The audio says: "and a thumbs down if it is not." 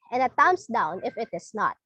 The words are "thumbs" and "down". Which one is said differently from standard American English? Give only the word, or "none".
thumbs